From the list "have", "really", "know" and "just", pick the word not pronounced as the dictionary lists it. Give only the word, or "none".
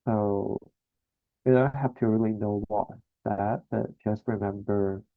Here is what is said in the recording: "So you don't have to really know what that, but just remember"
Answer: have